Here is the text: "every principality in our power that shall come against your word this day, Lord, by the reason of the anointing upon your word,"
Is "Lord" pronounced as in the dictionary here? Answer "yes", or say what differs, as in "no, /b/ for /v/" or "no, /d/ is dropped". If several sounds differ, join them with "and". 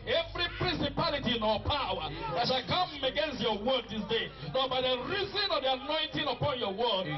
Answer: no, /n/ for /l/